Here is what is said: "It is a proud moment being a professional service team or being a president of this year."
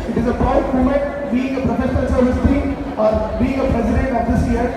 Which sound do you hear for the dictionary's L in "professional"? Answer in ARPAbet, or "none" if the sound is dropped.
N